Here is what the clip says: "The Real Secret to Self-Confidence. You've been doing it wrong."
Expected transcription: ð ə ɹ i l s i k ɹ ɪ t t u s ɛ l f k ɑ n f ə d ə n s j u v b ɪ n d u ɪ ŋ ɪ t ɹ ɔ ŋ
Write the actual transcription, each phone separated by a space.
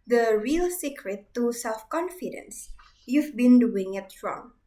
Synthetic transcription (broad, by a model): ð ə ɹ i l s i k ɹ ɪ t t u s ɛ l f k ɑ n f ə d ə n s j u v b ɪ n d u ɪ ŋ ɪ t ɹ ɔ ŋ